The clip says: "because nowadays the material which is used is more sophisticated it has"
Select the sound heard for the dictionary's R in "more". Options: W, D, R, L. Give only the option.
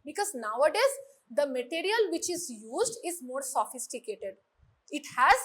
R